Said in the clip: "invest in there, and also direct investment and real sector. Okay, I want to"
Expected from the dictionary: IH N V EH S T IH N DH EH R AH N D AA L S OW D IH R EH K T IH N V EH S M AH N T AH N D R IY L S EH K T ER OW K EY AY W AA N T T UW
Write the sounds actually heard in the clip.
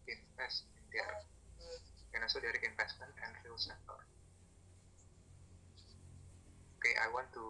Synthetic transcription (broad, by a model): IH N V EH S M IH N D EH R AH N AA S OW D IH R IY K IH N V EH S M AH N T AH N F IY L S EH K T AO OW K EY AY W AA N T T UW